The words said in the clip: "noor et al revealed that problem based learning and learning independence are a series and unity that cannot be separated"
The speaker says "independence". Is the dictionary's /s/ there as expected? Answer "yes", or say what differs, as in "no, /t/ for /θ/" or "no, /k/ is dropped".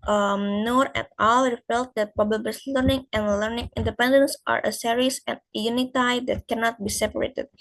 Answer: yes